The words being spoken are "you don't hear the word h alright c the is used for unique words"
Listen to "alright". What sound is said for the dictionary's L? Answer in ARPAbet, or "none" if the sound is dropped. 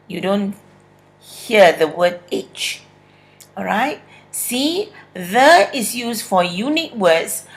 none